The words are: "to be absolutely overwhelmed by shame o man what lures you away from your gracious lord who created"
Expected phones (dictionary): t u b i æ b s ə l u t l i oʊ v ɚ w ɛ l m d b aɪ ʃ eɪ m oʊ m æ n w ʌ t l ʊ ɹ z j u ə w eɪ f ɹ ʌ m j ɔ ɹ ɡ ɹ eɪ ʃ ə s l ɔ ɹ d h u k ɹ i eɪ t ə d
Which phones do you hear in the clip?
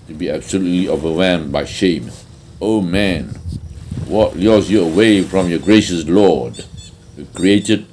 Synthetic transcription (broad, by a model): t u b i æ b s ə l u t l i oʊ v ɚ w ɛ m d b aɪ ʃ eɪ m oʊ m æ n w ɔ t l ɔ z j u ə w eɪ f ɹ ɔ m j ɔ ɡ ɹ eɪ ʃ ə s l ɔ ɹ d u k ɹ i eɪ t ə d